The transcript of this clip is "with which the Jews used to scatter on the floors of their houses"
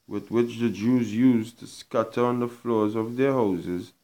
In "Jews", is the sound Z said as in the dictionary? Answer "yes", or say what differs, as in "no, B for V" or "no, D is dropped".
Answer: yes